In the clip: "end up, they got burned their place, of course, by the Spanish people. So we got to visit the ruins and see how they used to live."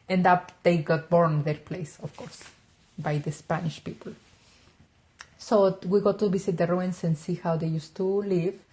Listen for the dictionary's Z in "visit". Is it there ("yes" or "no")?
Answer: no